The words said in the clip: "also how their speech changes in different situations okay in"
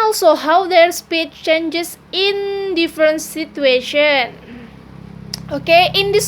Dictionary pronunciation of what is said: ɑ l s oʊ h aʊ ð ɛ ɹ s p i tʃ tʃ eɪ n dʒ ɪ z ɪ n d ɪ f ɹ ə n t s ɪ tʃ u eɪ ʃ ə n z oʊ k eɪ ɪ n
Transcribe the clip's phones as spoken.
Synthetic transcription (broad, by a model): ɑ l s oʊ h aʊ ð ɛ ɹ s p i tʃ tʃ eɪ n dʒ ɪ s ɪ n d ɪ f ɹ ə n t s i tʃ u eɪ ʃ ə n oʊ k eɪ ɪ n